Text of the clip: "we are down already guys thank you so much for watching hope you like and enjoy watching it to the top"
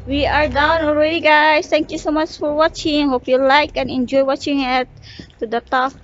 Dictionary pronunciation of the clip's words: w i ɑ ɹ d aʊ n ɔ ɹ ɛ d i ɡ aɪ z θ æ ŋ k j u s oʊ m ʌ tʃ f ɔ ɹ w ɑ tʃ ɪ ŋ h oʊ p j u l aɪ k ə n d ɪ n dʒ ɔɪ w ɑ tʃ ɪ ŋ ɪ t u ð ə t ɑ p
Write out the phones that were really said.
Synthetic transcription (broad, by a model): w i ɑ ɹ d aʊ n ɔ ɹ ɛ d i ɡ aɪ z t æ ŋ k j u s oʊ m ʌ tʃ f ɔ ɹ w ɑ tʃ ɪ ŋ h oʊ p j u l aɪ k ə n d ɪ n dʒ ɔɪ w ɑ tʃ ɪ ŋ ɪ t u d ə t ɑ